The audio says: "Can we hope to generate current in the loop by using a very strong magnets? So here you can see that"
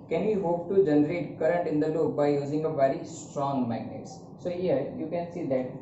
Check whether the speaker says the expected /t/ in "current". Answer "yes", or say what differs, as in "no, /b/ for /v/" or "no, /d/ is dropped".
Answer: yes